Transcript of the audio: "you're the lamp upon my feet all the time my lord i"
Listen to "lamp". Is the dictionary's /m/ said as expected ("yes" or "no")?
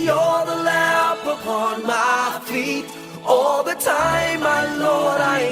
no